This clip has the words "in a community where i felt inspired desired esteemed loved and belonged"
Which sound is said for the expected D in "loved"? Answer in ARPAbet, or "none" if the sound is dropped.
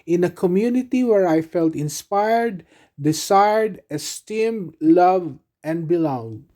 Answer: none